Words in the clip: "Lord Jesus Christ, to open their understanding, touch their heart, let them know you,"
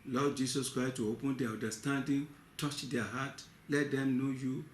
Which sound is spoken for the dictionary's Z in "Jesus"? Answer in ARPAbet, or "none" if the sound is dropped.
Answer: S